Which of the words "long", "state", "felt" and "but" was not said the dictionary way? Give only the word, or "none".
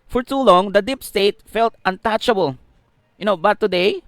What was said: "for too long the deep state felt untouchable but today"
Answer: none